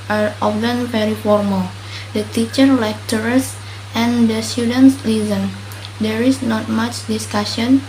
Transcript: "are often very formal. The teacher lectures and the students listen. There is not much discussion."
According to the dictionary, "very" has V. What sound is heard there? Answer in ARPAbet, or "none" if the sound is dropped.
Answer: P